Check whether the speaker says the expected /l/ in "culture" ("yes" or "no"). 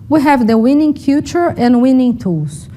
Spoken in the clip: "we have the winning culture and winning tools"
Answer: no